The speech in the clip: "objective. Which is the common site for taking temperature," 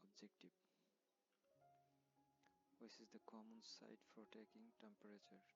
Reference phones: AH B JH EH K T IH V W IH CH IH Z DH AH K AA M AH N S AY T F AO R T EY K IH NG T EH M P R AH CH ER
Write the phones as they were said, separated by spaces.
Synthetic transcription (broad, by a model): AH B JH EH K T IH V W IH S IH Z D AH K AA M AH N S AY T F AO R T EY K IH NG T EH M P R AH CH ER